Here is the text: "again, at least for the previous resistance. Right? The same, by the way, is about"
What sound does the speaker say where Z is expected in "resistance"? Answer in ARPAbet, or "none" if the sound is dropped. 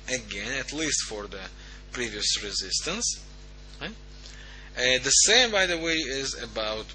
Z